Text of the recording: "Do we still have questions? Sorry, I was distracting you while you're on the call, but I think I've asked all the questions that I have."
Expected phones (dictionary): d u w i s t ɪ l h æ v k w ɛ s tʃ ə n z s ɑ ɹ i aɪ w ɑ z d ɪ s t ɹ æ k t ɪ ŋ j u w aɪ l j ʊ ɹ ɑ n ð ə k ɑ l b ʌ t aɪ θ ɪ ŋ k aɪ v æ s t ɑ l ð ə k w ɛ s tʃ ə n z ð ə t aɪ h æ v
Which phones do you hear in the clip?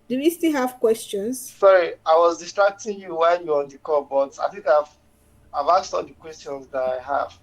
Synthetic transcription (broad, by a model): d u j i s t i l h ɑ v k w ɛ s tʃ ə n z s ɑ ɹ i aɪ w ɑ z d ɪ s t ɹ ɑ k t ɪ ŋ j u w aɪ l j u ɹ ɑ n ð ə k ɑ b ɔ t aɪ θ ɪ ŋ k aɪ v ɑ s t ɑ l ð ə k w ɛ s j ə n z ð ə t aɪ h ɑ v